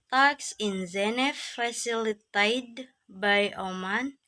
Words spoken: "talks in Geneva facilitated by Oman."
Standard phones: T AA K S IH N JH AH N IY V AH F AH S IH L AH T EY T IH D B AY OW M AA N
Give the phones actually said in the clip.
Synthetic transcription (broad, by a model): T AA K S IH N Z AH N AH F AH S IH L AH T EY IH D B AY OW M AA N